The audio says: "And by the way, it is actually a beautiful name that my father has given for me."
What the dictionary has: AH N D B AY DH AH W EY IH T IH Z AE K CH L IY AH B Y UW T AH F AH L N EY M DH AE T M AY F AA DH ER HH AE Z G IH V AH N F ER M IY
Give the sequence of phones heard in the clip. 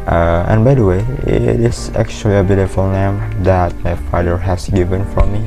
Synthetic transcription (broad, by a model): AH N B AY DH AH W EY IH T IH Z AE K CH L IY AH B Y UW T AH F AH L N EY M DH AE T M AY F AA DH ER HH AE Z G IH V AH N F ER M IY